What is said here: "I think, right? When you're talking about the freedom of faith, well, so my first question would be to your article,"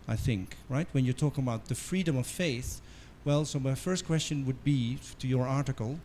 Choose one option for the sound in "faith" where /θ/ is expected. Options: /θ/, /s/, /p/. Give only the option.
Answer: /θ/